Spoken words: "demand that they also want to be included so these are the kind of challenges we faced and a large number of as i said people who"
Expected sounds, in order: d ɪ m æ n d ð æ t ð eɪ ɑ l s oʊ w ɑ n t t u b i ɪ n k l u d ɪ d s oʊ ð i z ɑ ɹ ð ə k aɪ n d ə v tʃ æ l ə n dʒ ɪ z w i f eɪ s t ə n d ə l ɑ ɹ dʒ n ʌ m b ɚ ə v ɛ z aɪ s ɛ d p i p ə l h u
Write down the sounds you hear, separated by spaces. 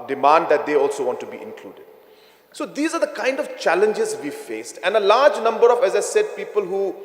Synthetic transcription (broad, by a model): d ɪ m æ n d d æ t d eɪ ɑ l s oʊ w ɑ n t t u b i ɪ n k l u d ɪ d s oʊ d i z ɑ ɹ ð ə k aɪ n d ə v tʃ æ l ə n dʒ ɪ z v i f eɪ s t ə n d ə l ɑ ɹ dʒ n ʌ m b ɚ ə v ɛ z aɪ s ɛ d p i p ə l h u